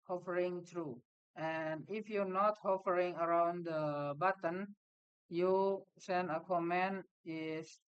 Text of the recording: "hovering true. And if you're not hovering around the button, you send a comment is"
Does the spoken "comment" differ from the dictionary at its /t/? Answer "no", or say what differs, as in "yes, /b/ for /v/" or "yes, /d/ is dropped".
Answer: yes, /t/ is dropped